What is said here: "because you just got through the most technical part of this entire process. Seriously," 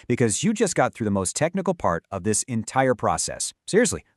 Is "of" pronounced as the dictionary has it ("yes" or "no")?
yes